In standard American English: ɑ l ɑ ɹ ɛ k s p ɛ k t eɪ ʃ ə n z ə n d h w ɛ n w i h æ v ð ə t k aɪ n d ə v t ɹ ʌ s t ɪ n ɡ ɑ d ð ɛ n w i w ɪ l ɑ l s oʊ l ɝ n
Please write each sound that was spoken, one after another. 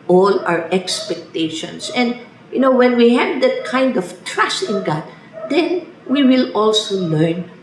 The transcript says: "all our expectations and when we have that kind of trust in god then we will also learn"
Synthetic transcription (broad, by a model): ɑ l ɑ ɹ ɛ k s p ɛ k t eɪ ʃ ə n s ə n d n w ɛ n w i h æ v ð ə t k aɪ n d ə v t ɹ ʌ s t ɪ n ɡ ɑ d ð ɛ n w i w ɪ l ɑ l s oʊ l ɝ n